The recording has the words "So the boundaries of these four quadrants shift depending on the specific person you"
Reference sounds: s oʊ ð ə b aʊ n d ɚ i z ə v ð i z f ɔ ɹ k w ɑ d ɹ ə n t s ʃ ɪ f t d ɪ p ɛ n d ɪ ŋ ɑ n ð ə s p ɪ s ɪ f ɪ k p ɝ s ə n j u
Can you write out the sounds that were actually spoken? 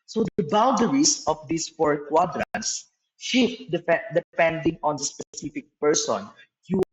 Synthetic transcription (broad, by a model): s oʊ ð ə b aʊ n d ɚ i s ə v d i s f ɔ ɹ k w ɑ d ɹ ə n t s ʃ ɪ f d d ɪ p ɛ n d ɪ ŋ ɑ n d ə s p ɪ s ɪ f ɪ k p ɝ s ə n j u